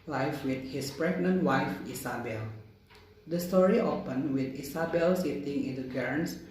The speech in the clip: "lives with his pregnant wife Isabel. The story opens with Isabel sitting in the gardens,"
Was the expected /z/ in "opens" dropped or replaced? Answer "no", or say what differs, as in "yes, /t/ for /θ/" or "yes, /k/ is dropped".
yes, /z/ is dropped